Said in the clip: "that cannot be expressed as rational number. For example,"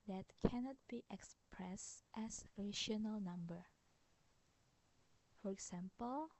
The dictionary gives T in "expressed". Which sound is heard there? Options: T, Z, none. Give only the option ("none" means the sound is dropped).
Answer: T